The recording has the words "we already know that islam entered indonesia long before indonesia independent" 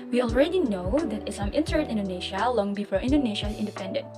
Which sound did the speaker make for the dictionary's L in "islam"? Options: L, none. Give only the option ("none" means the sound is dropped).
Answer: none